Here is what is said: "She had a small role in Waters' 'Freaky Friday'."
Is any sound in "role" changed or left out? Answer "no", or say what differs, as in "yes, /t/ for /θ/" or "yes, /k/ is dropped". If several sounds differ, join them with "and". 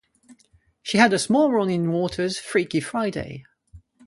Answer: yes, /n/ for /l/